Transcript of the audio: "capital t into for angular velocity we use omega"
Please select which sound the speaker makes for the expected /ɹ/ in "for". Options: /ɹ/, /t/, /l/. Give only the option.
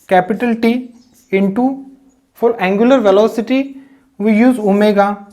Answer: /l/